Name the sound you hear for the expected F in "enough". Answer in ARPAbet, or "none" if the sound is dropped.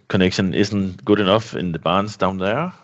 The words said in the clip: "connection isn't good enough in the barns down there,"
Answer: F